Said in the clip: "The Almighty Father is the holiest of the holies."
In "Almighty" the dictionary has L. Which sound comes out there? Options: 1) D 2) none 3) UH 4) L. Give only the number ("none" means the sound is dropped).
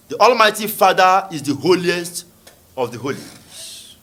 4